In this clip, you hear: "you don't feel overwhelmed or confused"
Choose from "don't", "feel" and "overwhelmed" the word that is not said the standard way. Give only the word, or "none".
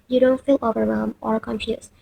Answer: overwhelmed